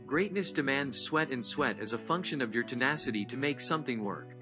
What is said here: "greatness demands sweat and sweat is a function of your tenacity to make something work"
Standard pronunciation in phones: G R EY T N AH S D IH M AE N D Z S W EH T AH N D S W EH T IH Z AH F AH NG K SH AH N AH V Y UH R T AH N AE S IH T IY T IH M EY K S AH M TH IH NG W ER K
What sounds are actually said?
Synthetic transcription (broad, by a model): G R EY T N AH S D IH M AE N D Z S W EH T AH N S W EH T IH Z AH F AH NG K SH AH N AH V Y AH R T AH N AE S IH T IY T IH M EY K S AH M TH IH NG W ER K